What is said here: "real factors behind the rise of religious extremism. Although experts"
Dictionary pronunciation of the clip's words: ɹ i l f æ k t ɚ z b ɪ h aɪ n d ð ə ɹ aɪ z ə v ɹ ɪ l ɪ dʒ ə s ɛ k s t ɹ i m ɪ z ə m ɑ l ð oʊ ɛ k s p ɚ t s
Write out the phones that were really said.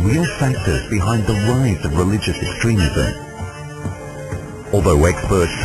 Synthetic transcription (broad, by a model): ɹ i l f æ k t ɚ z b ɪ h aɪ n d ð ə ɹ aɪ z ə v ɹ ɪ l ɪ dʒ ə s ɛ k s t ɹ i m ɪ z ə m ɑ l ð oʊ ɛ k s p ɚ t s